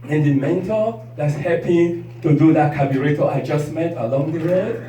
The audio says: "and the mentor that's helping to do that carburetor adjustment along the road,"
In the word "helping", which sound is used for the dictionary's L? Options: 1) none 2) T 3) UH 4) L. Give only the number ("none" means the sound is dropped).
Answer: 1